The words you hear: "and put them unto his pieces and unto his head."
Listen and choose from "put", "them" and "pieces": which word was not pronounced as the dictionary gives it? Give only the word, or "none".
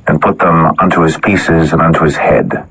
none